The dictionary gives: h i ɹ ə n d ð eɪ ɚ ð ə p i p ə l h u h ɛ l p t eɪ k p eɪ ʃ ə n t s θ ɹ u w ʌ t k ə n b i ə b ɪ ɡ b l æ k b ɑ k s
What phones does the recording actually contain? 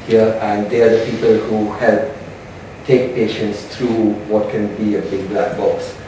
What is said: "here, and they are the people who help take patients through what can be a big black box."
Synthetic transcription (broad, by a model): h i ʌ ə n d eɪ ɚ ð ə p i p ə l h u h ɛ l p t eɪ k p eɪ ʃ ə n t s t ɹ u w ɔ t k ə n b i ə b ɪ ɡ b l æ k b ɑ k s